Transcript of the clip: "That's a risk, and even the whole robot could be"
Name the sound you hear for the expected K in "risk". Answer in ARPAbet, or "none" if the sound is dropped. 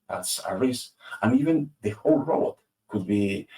none